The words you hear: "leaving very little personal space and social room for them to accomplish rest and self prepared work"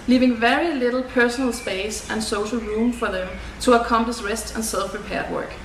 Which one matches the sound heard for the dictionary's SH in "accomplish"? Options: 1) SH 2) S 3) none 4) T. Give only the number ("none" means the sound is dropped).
2